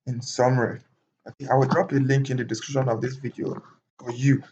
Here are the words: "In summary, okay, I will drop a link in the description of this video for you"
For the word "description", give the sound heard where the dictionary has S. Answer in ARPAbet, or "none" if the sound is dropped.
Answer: S